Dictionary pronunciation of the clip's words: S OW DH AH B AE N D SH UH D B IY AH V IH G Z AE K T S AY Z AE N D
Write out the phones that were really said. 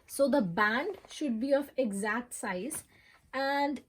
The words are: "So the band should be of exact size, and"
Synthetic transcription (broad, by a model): S OW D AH B AE N D SH UH D B IY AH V IH G Z AE K T S AY Z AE N D